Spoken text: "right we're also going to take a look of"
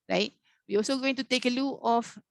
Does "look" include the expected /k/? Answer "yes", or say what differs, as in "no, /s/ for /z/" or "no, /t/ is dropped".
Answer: no, /k/ is dropped